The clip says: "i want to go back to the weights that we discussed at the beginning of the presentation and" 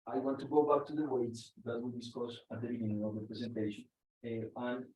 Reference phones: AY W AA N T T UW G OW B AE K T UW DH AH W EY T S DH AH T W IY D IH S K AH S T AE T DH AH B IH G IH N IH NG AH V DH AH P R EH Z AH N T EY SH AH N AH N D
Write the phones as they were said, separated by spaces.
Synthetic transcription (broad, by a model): AY W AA N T T UW G OW B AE K T UW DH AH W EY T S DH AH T W IY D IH S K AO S AE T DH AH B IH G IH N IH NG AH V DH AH P R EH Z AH N T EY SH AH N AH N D